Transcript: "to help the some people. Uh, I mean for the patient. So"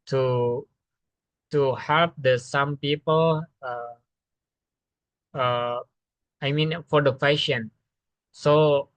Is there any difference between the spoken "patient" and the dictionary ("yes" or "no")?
yes